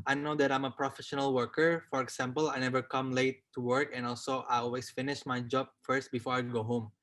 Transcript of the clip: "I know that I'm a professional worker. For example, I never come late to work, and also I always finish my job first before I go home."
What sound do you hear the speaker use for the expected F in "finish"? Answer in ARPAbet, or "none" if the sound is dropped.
F